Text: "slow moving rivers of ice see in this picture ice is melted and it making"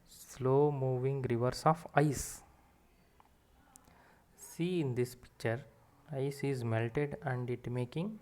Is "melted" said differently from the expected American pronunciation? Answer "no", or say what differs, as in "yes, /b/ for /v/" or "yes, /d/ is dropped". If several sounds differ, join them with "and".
no